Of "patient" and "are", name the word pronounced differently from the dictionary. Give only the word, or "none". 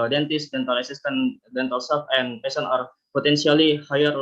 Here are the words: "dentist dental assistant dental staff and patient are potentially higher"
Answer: patient